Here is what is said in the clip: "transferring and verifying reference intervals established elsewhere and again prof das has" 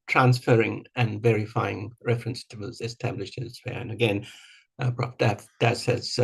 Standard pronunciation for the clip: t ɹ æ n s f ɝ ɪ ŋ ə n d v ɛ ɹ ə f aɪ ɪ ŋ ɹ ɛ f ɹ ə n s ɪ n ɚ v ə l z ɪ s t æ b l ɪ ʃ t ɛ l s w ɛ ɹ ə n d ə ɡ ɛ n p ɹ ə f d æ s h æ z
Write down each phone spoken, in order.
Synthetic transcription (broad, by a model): t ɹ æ n s f ɝ ɪ ŋ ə n v ɛ ɹ ə f aɪ ɪ ŋ ɹ ɛ f ɹ ə n s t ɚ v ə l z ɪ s t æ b l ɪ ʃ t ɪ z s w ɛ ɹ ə n ə ɡ ɛ n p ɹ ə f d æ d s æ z